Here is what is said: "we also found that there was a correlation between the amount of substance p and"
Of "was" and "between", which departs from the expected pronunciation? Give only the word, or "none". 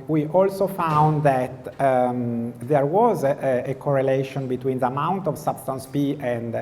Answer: none